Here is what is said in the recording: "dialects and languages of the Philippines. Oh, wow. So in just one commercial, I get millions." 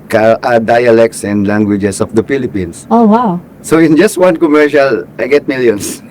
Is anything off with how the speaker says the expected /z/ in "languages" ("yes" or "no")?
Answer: yes